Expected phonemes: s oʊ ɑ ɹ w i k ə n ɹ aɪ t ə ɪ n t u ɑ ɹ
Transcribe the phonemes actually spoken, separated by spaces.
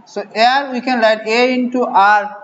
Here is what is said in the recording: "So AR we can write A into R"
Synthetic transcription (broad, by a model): s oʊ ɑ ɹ w i k ə n l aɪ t ə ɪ n t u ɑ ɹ